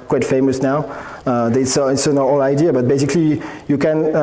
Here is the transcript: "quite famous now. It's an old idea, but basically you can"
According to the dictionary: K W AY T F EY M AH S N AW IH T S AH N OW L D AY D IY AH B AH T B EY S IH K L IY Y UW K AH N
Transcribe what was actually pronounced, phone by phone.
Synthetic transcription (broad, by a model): K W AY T F EY M AH S N AW IH T S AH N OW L AY D IY AH B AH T B EY S IH K L IY Y UW K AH N